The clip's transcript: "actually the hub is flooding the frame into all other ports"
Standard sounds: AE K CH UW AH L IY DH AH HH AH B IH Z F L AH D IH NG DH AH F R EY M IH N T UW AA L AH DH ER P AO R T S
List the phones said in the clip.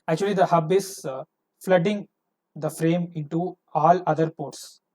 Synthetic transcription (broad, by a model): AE K CH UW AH L IY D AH HH AH B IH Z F L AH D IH NG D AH F R EY M IH N T UW AA L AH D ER P AO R T S